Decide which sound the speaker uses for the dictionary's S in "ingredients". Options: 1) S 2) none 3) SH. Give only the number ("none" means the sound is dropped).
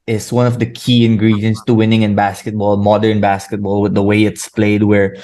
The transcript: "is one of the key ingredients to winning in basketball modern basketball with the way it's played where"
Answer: 1